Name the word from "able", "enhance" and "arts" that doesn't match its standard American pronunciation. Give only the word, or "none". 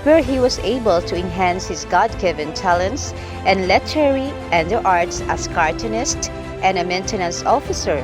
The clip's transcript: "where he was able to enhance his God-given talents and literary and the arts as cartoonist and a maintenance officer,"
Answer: none